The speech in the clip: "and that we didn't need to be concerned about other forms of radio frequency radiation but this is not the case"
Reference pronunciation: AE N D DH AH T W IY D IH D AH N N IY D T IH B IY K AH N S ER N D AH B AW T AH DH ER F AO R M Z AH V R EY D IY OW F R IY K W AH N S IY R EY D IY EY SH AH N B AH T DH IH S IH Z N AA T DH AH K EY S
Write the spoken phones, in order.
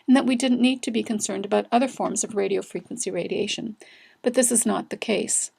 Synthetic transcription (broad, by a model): N DH AH T W IY D IH D N N IY D T IH B IY K AH N S ER N D AH B AW T AH DH ER F AO R M Z AH V R EY D IY OW F R IY K W AH N S IY R EY D IY EY SH AH N B AH T DH IH S IH Z N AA T DH AH K EY S